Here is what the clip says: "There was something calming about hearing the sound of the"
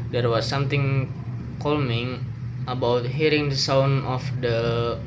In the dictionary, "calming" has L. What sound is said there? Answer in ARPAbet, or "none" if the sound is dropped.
L